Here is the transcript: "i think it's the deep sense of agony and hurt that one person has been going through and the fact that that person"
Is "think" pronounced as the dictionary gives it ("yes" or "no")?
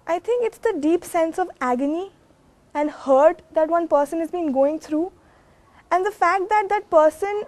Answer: no